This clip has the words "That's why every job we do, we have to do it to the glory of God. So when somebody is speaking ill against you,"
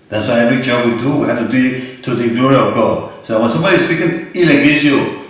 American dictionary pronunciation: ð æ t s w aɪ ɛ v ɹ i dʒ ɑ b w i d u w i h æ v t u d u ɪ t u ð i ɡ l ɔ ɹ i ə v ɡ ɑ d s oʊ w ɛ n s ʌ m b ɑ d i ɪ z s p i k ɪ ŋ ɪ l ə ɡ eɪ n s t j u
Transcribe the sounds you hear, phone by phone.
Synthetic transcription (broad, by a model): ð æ t s w aɪ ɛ ɹ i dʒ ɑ w i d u w i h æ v t u d u ɪ t u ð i ɡ l ɔ ɹ i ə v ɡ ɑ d s oʊ w ɛ n s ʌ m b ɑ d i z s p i k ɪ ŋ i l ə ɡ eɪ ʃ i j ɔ